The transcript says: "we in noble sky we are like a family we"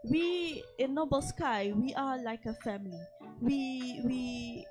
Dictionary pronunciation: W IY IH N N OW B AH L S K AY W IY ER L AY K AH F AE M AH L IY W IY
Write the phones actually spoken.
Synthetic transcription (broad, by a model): W IY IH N N OW B AH L S K AY W IY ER L AY K AH F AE M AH W IY W IY